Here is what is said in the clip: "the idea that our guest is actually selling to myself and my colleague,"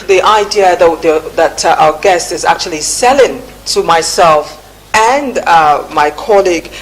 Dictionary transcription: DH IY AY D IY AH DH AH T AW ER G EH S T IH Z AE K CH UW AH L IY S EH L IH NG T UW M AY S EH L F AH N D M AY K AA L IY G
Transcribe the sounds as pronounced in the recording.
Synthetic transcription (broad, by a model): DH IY AY D IY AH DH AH T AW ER G EH S T IH Z AE K CH UW AH L IY S EH L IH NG T UW M AY S EH L F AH N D M AY K AA L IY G